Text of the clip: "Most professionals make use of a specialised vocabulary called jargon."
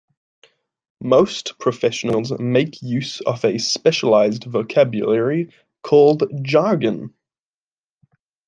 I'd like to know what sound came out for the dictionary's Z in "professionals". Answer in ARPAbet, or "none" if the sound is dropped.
Z